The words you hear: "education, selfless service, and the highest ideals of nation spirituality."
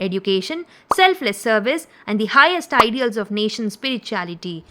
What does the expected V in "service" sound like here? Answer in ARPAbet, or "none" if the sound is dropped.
V